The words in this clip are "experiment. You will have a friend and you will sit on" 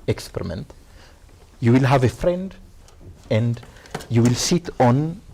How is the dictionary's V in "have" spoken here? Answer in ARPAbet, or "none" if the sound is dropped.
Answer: V